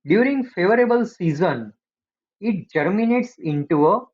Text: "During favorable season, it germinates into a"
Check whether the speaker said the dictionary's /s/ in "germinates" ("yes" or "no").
yes